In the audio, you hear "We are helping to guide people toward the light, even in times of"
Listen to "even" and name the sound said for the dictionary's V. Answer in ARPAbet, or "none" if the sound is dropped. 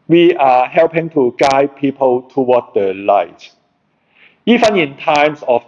F